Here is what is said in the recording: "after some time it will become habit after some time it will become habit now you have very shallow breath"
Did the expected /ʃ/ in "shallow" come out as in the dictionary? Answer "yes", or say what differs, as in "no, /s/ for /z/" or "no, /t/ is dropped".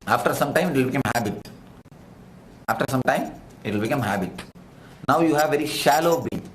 yes